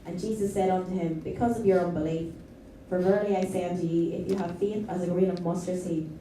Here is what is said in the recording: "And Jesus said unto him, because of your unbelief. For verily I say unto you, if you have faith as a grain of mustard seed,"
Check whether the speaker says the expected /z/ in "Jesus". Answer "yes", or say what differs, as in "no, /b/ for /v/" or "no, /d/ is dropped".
yes